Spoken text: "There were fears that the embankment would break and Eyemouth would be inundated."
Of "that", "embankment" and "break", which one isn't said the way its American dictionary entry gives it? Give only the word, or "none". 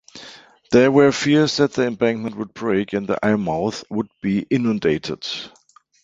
none